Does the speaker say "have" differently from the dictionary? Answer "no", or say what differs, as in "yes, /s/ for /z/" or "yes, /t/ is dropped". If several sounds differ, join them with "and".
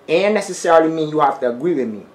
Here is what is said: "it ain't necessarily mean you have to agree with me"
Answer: yes, /f/ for /v/